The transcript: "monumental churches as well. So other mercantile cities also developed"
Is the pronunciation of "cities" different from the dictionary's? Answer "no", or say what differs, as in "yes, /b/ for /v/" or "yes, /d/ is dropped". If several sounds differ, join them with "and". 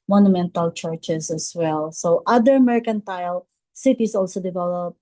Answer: yes, /s/ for /z/